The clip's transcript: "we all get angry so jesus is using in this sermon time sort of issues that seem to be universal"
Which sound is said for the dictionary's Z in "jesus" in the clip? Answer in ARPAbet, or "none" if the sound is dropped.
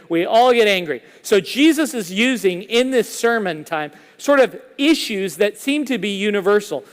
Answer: Z